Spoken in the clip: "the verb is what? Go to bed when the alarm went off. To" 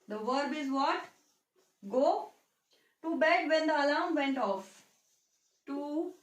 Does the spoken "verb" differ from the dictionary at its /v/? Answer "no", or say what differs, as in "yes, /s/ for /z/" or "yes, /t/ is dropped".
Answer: no